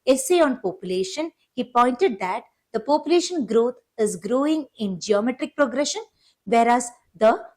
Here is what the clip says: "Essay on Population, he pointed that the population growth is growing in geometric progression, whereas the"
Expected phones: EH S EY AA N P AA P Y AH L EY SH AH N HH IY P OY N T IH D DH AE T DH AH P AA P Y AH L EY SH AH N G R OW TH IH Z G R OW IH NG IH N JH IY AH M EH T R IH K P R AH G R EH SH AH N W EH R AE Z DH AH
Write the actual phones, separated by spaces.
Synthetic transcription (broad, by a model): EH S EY AA N P AA P Y AH L EY SH AH N HH IY P OY N T IH D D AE T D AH P AA P Y AH L EY SH AH N G R OW T IH Z G R OW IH NG IH N JH IY AH M EH T R IH K P R AH G R EH SH AH N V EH R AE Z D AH